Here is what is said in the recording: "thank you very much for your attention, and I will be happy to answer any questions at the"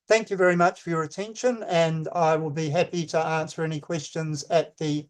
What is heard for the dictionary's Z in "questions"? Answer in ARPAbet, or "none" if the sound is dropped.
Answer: Z